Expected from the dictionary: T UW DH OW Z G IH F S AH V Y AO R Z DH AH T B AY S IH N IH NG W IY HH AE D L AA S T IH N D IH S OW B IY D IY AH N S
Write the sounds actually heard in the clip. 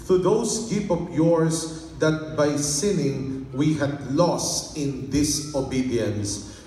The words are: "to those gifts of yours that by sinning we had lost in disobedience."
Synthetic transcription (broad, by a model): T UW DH OW S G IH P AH P Y AO R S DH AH T B AY S IH N IH NG W IY HH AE D L AA S T IH N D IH S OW B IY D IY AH N S